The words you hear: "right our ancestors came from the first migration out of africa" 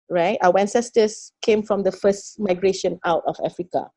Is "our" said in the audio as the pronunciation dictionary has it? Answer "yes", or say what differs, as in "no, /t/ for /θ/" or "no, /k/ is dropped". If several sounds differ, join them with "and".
no, /w/ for /ɹ/